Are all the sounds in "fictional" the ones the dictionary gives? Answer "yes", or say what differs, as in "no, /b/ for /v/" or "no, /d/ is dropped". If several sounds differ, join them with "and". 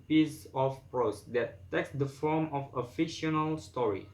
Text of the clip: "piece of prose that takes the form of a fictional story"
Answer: no, /k/ is dropped